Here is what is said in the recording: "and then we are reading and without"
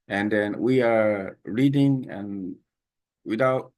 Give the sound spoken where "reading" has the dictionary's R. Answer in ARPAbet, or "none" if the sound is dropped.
R